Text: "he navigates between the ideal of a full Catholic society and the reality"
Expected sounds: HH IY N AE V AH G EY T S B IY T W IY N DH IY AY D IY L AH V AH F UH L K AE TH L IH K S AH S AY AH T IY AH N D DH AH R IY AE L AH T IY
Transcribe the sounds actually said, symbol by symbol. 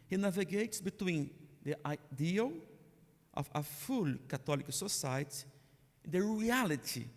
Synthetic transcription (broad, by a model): HH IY N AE V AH G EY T S B IY T W IY N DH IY AY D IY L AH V AH F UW L K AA T L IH K S AH S AY AH T IY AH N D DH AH R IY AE L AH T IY